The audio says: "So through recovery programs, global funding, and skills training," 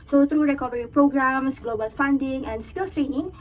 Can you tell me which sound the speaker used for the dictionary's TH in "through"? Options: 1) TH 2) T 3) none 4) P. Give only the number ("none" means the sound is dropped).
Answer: 2